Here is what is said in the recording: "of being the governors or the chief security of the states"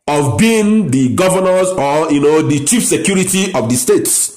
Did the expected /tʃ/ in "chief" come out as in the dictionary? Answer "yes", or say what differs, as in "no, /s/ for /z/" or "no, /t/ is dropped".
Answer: yes